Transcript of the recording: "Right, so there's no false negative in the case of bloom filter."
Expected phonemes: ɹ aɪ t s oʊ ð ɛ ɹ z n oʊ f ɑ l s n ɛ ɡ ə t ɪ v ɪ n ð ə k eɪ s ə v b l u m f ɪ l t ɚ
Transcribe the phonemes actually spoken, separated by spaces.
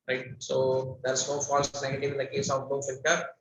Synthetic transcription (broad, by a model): ɹ aɪ t s oʊ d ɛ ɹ s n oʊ f ɑ l s n ɛ ɡ ə t ɪ v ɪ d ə k eɪ s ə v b u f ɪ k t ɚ